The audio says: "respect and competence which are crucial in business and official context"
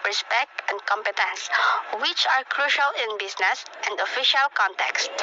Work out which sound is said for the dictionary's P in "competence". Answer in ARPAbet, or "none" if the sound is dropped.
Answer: P